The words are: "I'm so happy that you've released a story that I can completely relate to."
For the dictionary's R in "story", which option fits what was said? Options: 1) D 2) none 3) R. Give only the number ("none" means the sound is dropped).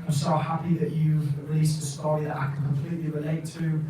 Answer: 2